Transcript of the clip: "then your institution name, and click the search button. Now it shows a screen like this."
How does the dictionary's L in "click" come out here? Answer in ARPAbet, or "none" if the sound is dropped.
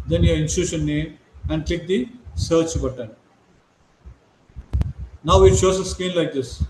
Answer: L